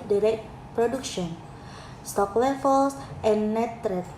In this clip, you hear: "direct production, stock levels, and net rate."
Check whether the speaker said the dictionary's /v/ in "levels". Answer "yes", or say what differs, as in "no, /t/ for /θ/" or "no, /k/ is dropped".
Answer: no, /f/ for /v/